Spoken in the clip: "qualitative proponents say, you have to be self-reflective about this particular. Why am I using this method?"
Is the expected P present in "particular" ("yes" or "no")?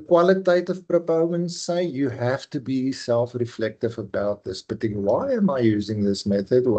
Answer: no